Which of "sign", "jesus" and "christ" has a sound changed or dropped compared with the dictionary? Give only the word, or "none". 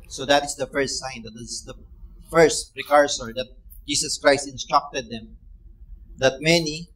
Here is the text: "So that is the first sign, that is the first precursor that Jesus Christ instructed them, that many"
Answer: jesus